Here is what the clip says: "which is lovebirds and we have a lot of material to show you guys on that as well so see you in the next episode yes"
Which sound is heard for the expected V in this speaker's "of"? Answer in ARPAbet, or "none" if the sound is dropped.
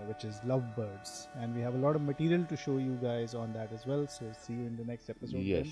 V